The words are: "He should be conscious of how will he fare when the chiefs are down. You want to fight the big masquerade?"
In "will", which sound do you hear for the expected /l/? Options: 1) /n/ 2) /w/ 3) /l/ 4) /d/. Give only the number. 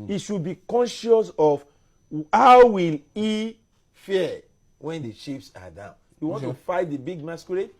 3